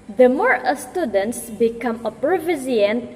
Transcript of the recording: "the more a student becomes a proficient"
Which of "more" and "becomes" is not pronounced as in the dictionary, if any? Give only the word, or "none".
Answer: becomes